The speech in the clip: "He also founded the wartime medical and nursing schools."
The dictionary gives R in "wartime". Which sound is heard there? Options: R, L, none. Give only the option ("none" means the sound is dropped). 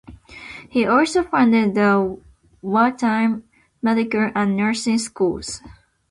L